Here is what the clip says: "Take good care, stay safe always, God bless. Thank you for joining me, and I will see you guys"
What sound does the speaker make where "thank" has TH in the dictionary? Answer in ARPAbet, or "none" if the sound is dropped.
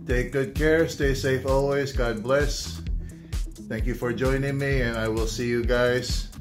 TH